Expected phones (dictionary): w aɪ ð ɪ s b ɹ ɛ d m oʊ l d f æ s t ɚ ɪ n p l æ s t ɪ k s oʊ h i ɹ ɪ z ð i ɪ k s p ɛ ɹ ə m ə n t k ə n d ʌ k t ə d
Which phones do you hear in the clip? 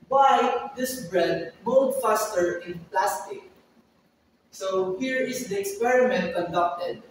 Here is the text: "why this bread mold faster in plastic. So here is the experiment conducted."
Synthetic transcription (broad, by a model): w aɪ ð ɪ s b ɹ ɛ d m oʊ d f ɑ s t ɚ ɪ n p l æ s t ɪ k s oʊ h i ɹ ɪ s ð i ɪ k s p ɛ ɹ ə m ə n t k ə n d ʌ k t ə d